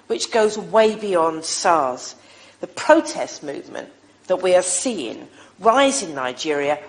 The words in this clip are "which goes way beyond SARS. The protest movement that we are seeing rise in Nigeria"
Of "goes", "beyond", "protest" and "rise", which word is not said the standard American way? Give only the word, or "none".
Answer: none